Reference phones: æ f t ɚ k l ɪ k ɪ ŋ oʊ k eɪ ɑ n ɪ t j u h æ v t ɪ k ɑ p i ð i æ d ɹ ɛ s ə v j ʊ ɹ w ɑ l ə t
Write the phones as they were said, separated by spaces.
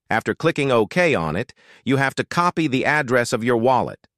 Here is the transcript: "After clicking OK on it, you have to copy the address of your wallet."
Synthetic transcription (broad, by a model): æ f t ɚ k l ɪ k ɪ ŋ oʊ k eɪ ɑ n ɪ t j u h æ f t ɪ k ɑ p i ð i æ d ɹ ɛ s ə v j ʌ ɹ w ɑ l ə t